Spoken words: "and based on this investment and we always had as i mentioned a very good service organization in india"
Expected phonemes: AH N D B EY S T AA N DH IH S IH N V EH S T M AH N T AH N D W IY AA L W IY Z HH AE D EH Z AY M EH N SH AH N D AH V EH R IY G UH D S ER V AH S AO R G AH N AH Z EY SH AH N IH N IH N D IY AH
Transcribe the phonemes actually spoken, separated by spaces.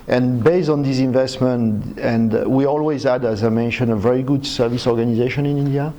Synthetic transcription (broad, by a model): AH N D B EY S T AA N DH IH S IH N V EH S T M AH N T AH N D W IY AA L W IY Z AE D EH Z AY M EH N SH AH N AH V EH R IY G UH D S ER V AH S AO R G AH N AH Z EY SH AH N IH N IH N D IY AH